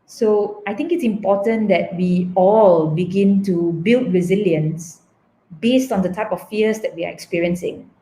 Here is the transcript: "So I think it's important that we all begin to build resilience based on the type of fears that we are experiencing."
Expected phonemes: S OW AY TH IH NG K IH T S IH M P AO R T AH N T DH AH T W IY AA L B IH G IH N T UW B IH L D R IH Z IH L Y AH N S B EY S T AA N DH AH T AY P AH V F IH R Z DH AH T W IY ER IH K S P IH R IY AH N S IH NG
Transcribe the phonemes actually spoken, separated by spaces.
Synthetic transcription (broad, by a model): S OW AY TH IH NG K IH T S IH M P AO T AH N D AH T W IY AA L B IH G IH N T UW B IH L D R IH Z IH L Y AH N S B EY S T AA N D AH T AY P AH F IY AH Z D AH T W IY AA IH K S P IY R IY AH N S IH NG